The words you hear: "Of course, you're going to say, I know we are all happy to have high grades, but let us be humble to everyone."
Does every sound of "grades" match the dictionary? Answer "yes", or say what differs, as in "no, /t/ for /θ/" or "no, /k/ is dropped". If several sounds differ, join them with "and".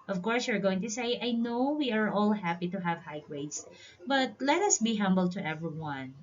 no, /w/ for /ɹ/